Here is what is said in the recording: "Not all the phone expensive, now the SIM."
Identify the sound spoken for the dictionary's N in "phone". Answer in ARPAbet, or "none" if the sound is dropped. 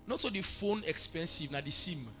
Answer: N